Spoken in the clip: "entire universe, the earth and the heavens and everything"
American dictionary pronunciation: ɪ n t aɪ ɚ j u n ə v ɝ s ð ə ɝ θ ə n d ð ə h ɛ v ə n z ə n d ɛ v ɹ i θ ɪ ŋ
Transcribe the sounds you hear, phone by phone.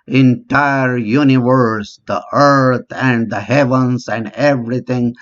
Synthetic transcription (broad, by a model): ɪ n t aɪ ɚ j u n ə v ɝ s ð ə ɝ t ə n d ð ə h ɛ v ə n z ə n d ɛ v ɹ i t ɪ ŋ